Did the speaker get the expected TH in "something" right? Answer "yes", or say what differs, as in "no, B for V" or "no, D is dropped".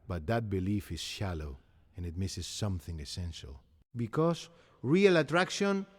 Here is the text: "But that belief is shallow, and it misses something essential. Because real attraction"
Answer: yes